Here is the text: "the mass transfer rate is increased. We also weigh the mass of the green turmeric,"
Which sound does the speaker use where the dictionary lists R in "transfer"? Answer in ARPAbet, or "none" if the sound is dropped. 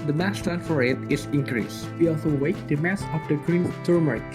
none